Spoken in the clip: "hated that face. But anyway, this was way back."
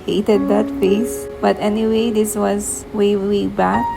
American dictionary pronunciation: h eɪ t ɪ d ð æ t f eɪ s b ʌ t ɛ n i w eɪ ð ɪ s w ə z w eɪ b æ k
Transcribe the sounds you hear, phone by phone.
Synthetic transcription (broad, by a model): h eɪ t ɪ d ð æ t f eɪ s b ʌ t ɛ n i w eɪ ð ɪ s w ə z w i b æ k